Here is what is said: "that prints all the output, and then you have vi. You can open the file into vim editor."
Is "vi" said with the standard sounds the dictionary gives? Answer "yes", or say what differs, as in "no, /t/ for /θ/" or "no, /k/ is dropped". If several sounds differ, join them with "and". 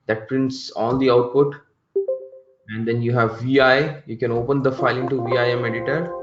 yes